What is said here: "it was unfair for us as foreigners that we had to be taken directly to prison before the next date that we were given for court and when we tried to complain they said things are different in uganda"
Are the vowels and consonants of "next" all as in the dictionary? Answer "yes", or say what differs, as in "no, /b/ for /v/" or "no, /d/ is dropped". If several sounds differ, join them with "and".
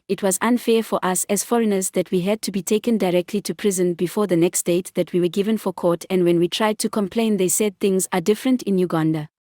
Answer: yes